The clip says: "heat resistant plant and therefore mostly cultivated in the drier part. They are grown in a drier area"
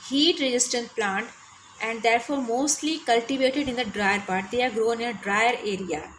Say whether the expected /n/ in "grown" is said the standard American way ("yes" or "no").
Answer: no